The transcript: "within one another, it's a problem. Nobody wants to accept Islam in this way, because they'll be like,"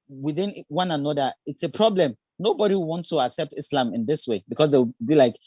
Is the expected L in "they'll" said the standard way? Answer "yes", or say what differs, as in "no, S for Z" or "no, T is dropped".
no, W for L